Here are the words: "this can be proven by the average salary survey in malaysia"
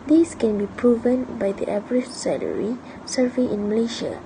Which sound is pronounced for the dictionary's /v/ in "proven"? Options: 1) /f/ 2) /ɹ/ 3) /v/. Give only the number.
3